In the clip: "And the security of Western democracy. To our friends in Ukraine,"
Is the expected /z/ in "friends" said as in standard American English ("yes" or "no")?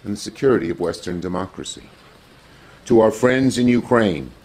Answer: yes